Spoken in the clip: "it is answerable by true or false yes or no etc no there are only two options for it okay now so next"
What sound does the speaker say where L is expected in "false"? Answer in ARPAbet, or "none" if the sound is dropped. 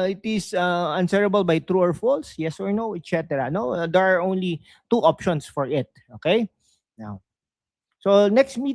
L